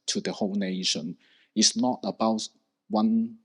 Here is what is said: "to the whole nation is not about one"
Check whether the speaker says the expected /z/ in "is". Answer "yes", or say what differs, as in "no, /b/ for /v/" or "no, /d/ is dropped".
no, /s/ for /z/